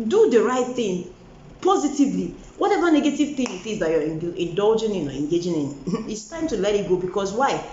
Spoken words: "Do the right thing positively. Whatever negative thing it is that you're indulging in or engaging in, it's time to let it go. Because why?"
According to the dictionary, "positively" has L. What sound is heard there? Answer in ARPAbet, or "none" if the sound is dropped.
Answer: L